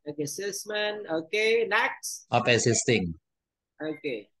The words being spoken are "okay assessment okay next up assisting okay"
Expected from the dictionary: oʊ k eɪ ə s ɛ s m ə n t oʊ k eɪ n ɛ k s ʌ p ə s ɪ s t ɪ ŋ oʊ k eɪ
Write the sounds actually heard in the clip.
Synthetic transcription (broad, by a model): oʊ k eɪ s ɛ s m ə n oʊ k eɪ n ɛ k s ʌ p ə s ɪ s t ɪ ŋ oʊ k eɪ